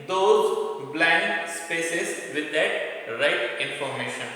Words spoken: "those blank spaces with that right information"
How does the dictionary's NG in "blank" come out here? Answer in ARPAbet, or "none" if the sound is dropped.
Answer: none